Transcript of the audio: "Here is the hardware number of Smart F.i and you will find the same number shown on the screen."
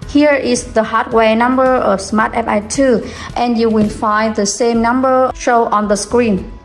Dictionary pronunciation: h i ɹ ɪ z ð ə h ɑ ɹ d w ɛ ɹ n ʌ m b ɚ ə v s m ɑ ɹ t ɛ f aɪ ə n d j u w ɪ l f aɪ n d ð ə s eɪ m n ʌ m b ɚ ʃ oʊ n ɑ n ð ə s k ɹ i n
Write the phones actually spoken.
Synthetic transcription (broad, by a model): h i ɹ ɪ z ð ə h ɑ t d w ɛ n ʌ m b ɚ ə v s m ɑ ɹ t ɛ p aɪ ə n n j u w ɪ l f aɪ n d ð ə s eɪ m n ʌ m b ɚ ʃ oʊ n ɑ n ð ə s k ɹ i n